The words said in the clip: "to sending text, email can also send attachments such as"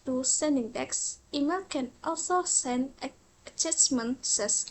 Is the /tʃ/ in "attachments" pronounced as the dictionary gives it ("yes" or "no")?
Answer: no